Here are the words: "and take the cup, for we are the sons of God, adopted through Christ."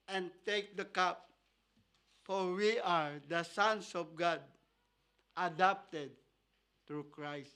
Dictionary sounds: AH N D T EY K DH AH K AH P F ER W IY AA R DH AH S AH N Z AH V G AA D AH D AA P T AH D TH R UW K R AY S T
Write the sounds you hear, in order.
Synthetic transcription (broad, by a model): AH N T EY K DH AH K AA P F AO W IY AA R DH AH S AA N S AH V G AA D AH D AA P T AH D T R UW K R AY S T